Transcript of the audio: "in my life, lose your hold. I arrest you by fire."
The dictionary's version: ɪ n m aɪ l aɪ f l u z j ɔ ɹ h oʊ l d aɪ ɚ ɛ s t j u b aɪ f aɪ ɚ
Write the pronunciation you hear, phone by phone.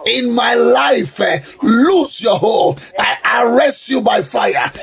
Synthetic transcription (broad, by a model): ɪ n m aɪ l aɪ f l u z j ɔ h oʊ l aɪ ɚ ɛ s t j u b aɪ f aɪ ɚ